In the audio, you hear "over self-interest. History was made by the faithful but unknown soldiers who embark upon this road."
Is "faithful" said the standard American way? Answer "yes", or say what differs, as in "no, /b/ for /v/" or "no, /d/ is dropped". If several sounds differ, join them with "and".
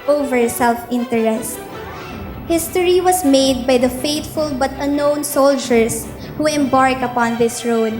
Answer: no, /t/ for /θ/